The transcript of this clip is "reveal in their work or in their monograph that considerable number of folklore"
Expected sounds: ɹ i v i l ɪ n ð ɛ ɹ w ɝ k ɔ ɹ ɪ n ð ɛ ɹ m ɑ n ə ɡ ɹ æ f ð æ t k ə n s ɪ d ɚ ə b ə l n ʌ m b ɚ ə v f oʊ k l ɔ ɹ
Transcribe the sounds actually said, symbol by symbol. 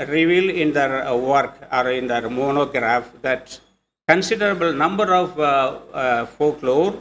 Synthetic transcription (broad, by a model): ɹ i v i l ɪ n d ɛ ɹ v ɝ k ɔ ɹ ɪ n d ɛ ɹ m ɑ n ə ɡ ɹ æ f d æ t k ə n s ɪ d ɚ ə b ə l n ʌ m b ɚ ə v f oʊ k l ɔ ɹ